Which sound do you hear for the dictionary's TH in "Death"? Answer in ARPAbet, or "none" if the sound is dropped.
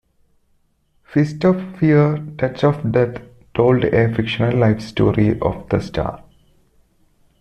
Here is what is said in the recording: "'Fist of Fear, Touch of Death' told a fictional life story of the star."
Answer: T